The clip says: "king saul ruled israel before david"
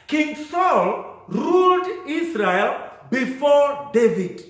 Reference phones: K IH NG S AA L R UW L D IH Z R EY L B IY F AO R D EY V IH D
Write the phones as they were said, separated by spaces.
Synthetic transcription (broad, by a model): K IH NG S AA L R UW L D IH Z R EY L B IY F AO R D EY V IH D